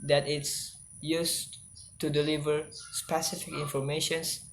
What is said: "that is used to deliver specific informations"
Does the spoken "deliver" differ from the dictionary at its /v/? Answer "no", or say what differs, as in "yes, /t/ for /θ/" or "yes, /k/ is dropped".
no